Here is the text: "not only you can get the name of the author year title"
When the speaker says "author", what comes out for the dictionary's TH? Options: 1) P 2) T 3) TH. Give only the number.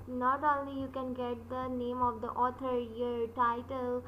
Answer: 2